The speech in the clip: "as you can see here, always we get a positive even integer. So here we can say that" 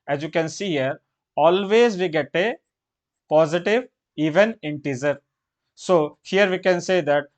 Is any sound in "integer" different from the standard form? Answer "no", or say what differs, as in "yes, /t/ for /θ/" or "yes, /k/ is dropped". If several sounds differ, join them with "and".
yes, /z/ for /dʒ/